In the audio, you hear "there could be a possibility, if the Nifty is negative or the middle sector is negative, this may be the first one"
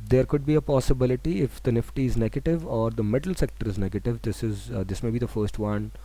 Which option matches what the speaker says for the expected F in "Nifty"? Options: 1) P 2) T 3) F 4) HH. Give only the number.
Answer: 3